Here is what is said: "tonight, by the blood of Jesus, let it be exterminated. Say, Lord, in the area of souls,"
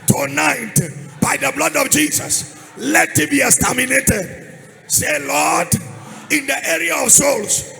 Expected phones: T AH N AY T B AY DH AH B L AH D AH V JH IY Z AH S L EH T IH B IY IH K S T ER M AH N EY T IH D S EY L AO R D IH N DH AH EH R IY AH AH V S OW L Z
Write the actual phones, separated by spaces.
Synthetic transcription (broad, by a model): T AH N AY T B AY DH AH B L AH D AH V JH IY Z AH S L EH T IH B IY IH S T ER M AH N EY T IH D S EY L AO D IH N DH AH EH R IY AH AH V S OW L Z